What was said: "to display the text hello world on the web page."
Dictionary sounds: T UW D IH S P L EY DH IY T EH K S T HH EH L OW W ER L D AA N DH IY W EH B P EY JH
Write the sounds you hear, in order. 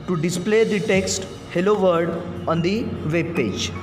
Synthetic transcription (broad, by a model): T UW D IH S P L EY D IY T EH K S T HH EH L OW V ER D AA N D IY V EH B P EY JH